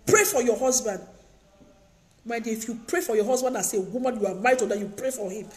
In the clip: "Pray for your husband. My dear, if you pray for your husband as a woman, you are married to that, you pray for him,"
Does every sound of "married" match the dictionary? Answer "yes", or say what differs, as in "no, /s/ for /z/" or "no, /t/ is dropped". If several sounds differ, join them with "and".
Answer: no, /ɹ/ is dropped